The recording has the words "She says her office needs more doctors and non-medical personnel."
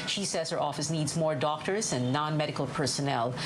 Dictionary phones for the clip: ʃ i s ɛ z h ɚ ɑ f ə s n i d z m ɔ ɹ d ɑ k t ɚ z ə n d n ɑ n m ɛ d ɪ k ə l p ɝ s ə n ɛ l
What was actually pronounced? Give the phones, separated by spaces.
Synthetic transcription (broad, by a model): ʃ i s ɛ z h ɚ ɑ f ə s n i d z m ɔ ɹ d ɑ k t ɚ z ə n n ɑ n m ɛ d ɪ k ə l p ɝ s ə n ɛ l